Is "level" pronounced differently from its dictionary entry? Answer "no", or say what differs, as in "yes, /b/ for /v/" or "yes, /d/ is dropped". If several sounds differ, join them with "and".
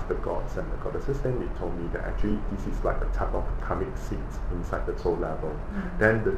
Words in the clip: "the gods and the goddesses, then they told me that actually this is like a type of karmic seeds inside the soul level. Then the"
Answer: no